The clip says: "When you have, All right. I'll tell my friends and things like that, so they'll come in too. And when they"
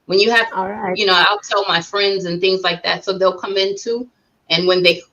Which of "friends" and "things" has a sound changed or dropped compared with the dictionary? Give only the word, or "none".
none